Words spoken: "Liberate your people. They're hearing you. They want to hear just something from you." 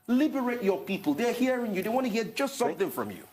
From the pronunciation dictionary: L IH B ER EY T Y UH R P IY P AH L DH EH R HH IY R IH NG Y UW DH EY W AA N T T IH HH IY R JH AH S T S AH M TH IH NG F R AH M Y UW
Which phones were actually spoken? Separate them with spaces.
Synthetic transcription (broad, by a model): L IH B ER EY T Y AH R P IY P AH L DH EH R HH IY R IH NG Y UW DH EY W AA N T T IH HH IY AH JH AH S T S AH M TH IH NG F R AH M Y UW